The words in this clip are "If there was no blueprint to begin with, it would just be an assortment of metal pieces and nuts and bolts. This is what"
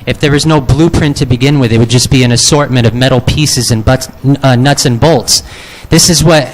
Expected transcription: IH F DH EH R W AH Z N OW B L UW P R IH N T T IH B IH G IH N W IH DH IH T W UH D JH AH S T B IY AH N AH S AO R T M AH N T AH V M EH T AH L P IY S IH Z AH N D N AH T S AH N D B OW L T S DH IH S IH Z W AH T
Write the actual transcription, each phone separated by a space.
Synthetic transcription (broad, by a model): IH F DH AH R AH Z N OW B L UW P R IH N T T IH B IH G IH N W IH DH IH T W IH D JH AH S B IY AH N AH S AO R T M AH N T AH V M EH T L P IY S IH Z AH N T N AH T S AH N B OW L T S DH IH S IH Z W AH T